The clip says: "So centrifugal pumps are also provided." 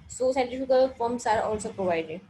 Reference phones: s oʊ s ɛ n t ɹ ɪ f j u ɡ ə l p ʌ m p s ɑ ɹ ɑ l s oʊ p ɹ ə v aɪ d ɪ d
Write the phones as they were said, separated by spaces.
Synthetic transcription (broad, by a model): s oʊ s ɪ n t ɪ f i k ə l f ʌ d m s ɑ ɹ ɑ l s oʊ p ɹ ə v aɪ d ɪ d